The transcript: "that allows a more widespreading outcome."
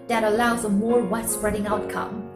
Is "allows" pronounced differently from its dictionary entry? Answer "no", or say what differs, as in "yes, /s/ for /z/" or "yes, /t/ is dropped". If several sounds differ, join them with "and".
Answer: no